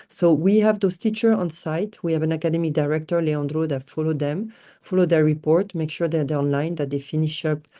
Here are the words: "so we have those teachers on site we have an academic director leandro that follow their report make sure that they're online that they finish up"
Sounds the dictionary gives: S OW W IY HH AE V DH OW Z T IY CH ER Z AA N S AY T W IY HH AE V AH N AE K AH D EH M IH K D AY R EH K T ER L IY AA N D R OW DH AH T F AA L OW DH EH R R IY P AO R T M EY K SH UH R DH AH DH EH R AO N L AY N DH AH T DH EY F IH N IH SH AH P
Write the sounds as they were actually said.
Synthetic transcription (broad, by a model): S OW W IY HH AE V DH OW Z T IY CH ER AA N S AY T W IY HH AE V AH N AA K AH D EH M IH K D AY R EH K T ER L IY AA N D R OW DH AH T F AA L OW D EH R R IY P AO R T M EY K SH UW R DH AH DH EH AO N L AY N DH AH T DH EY F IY N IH SH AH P